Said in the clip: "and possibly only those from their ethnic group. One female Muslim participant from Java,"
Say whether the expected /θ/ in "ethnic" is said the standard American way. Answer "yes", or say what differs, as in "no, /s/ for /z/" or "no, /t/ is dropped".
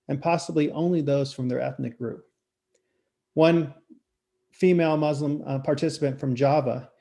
yes